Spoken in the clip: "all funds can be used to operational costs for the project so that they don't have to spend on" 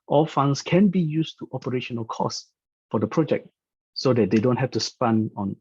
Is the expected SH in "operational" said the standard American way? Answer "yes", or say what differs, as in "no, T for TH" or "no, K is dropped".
yes